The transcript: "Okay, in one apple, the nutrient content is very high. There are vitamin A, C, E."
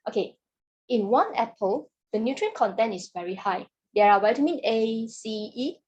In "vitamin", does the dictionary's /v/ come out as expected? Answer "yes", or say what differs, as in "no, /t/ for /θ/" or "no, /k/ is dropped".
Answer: no, /w/ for /v/